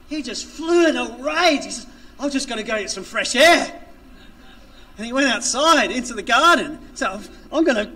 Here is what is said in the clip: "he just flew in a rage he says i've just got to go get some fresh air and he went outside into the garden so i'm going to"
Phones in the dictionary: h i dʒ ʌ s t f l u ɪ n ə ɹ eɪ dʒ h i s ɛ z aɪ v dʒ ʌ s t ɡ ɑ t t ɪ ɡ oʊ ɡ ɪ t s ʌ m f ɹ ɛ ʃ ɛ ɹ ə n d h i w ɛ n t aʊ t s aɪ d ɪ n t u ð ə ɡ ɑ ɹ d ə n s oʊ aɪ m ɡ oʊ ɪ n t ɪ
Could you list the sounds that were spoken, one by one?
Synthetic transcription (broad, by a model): h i dʒ ʌ s t f l u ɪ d ə ɹ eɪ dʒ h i s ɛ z aɪ v dʒ ʌ s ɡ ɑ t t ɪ ɡ oʊ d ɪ s ʌ m f ɹ ɛ ʃ ɛ ɹ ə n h i w ɛ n t aʊ t s aɪ d ɪ n t u ð ə ɡ ɑ ɹ d n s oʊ aɪ m ɡ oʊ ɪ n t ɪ